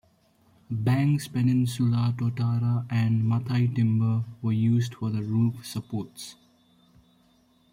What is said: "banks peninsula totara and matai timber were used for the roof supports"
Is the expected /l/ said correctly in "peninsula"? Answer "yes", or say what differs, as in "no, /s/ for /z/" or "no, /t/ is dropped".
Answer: yes